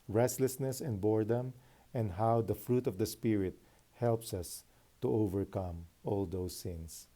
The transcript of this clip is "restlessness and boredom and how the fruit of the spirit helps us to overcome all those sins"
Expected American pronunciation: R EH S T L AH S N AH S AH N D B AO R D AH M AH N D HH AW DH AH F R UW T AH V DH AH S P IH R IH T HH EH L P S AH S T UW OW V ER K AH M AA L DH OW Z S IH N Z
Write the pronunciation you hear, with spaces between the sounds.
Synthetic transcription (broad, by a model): R EH S T L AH S N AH S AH N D B AO R D AH M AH N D HH AW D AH F R UW T AH V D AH S P IH R IH T HH EH L P S AH S T UW OW V ER K AH M AA L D OW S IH N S